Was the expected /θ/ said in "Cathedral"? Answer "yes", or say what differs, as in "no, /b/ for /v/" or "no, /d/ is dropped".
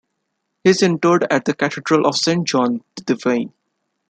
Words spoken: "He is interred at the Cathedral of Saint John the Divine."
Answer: no, /t/ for /θ/